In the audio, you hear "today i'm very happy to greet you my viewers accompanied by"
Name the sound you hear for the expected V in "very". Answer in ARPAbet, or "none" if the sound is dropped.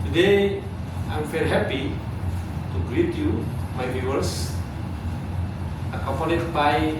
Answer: F